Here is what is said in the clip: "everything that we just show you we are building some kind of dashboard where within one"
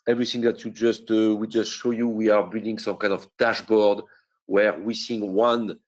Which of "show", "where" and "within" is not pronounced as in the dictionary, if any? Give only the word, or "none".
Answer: within